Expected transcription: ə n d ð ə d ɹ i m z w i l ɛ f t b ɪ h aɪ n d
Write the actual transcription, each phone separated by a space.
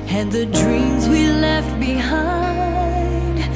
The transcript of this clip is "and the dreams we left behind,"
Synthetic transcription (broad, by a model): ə n ð ə d ɹ i m z w i l ɛ f t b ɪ h aɪ n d